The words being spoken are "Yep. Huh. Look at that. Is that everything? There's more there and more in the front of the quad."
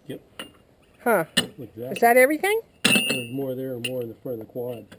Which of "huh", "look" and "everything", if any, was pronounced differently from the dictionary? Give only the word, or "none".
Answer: look